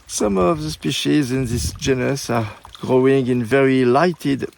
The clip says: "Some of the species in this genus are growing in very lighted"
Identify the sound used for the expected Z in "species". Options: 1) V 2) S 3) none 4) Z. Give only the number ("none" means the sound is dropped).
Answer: 4